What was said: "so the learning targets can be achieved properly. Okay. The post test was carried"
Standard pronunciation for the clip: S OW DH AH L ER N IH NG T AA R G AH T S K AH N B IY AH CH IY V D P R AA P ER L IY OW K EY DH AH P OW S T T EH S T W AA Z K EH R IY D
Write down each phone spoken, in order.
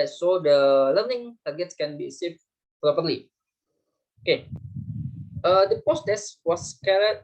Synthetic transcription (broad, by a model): S OW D AH L ER N IH NG T AA R G AH T S K AH N B IY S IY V P R AA P ER L IY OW K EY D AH P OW S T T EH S W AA S K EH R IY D